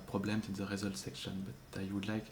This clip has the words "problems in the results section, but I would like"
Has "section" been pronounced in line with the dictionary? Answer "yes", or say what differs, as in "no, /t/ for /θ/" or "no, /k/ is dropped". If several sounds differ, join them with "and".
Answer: yes